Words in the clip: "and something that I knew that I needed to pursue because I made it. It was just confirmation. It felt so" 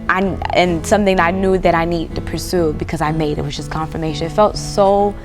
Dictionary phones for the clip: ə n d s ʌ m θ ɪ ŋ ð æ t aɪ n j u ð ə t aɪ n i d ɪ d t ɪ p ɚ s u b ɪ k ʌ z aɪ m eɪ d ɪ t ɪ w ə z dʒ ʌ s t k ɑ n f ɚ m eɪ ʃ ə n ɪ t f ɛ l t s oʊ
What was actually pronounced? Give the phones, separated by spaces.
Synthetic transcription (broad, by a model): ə n s ʌ m θ ɪ ŋ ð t aɪ n j u ð ə t aɪ n i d d t ɪ p ɚ s u b ɪ k ʌ z aɪ m eɪ ɪ t ɪ w ə z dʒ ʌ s k ɑ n f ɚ m eɪ ʃ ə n ɪ t f ɛ l t s oʊ